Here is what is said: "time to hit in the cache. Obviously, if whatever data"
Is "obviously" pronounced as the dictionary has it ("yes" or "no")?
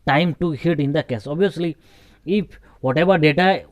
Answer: no